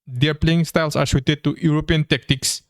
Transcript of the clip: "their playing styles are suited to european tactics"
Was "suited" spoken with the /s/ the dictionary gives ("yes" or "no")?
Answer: no